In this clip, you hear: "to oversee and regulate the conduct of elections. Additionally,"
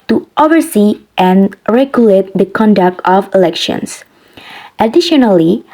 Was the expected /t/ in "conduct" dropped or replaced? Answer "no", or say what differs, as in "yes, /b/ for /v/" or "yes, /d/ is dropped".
no